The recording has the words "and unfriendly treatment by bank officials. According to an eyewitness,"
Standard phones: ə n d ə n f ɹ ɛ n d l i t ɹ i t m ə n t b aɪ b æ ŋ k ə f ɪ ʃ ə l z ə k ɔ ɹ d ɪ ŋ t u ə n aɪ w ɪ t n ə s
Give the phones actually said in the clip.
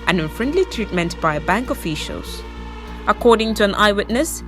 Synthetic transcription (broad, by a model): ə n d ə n f ɹ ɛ n d l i t ɹ i t m ə n t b aɪ b æ ŋ k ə f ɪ ʃ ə l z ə k ɔ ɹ d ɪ ŋ t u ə n aɪ w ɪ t n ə s